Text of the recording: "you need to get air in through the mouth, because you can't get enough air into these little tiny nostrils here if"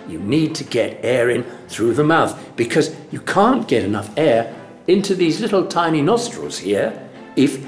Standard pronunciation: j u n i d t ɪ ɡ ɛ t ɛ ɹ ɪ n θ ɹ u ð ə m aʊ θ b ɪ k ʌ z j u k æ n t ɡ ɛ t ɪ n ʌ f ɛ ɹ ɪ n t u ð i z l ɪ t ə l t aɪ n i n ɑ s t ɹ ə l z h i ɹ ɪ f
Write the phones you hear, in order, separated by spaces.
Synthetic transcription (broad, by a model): j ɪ n i d t ɪ ɡ ɛ t ɛ ɹ ɪ n θ ɹ u ð ə m aʊ θ b ɪ k ʌ z j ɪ k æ n ɡ ɛ t ɪ n ʌ f ɛ ɹ ɪ n t u ð i z l ɪ t l t aɪ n i n ɑ s t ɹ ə l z h i ɹ ɪ f